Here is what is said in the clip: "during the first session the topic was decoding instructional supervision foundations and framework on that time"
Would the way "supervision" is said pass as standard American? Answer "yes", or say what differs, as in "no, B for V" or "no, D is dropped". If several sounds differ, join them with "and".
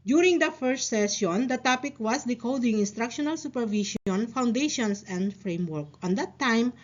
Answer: no, SH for ZH